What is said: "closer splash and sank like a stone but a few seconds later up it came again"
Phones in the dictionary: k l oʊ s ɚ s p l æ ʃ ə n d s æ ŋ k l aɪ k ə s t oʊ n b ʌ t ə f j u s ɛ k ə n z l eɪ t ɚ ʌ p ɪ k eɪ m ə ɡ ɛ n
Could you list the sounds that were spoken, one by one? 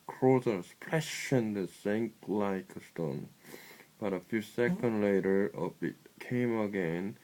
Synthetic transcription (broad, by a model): k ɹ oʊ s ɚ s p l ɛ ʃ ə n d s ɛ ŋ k l aɪ k ə s t oʊ n b ʌ t ə f j u s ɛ k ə n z l eɪ t ɚ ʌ b ɪ k eɪ m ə ɡ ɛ n